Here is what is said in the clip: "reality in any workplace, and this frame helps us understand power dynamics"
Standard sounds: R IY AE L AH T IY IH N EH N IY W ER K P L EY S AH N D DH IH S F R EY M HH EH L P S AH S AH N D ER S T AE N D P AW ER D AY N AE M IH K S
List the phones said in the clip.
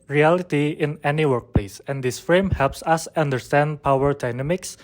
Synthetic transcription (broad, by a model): R IY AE L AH T IY IH N EH N IY W ER K P L EY S AH N D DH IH S F R EY M HH EH L P S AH S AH N D ER S T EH N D P AW ER D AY N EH M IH K S